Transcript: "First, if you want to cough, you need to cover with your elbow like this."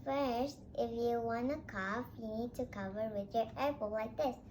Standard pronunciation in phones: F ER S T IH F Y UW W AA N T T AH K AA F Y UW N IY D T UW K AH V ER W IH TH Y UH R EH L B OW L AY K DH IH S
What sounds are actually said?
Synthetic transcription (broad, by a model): F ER S T IH F Y UW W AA N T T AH K AA F Y UW N IY D T UW K AH V ER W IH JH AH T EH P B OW W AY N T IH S